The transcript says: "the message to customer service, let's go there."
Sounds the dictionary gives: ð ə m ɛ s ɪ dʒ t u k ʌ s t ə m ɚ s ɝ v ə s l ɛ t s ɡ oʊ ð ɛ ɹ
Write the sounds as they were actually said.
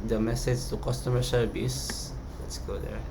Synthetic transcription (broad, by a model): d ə m ɛ s ɪ dʒ t u k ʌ s t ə m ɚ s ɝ b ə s l ɛ t s ɡ oʊ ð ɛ ɹ